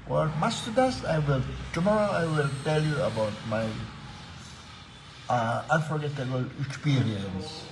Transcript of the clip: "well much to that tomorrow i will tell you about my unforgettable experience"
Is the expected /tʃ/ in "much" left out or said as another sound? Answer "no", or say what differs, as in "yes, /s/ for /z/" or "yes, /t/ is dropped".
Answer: yes, /s/ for /tʃ/